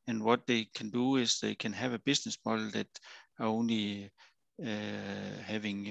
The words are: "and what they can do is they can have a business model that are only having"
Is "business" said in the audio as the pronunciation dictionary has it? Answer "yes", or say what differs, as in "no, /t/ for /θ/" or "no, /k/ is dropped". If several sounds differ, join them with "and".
no, /s/ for /z/